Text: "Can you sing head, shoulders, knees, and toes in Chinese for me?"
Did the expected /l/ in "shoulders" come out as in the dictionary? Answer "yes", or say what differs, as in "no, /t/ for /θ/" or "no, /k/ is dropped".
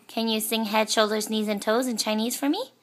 yes